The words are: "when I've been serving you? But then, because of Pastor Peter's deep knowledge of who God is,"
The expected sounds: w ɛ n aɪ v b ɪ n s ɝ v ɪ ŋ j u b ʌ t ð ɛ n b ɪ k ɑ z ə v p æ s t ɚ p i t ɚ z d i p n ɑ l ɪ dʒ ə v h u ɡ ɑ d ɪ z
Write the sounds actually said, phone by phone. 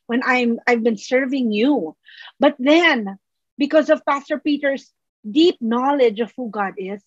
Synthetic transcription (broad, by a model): w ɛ n aɪ v b ɪ n s ɝ v ɪ ŋ j u b ʌ t ð ɛ n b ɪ k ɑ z ə v p æ s t ɚ p i t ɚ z d i p n ɑ l ɪ dʒ ə v h u ɡ ɑ d ɪ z